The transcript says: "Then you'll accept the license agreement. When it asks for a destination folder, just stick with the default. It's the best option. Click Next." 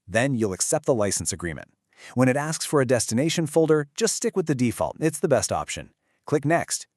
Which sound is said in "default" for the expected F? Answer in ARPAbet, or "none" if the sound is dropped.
F